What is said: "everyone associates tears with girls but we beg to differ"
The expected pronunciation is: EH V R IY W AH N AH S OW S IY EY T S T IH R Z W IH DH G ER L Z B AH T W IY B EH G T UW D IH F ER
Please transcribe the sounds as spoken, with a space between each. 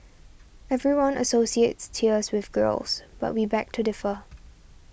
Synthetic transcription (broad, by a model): EH V R IY W AH N AH S OW S IY EY T S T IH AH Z W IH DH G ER L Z B AH T W IY B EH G T UW D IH F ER